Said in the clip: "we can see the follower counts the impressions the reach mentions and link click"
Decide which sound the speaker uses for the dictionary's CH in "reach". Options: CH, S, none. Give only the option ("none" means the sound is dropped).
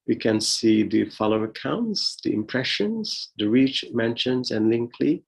CH